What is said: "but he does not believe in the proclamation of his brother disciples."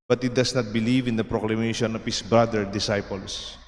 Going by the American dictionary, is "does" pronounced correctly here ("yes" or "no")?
no